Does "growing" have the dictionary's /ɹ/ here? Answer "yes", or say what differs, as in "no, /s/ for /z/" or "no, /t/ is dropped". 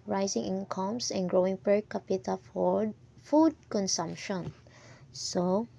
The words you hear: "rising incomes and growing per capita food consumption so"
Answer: yes